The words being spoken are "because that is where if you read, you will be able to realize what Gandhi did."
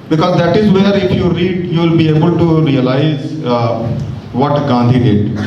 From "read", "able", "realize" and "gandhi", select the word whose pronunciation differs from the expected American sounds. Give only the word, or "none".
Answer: none